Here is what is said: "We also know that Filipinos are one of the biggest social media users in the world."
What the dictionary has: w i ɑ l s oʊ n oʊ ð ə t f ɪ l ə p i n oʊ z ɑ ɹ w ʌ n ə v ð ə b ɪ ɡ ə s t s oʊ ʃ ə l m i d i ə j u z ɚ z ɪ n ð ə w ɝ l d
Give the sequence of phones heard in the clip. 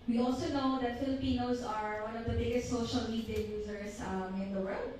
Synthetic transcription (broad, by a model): w i ɑ l s oʊ n oʊ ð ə t f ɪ l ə p i n oʊ s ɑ ɹ w ʌ n ə v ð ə b ɪ ɡ ə s t s oʊ ʃ ə l m i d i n j u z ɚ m ɪ n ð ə w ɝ l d